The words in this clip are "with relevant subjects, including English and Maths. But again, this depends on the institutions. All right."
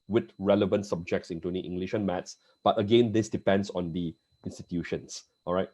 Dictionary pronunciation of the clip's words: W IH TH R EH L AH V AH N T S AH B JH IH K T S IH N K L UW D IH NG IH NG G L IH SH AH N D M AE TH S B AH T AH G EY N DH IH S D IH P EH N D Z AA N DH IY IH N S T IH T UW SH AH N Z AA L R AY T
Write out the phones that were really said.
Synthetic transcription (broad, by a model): W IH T R EH L AH V AH N T S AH B JH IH K T S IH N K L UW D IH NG IH NG G L IH SH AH N M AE T S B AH T AH G EY N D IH S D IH P EH N D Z AA N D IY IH N S T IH T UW SH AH N S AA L R AY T